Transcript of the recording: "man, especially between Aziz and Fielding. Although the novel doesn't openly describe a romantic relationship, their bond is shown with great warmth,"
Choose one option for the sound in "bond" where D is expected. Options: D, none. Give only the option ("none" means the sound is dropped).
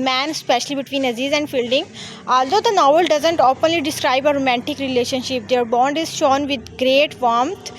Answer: D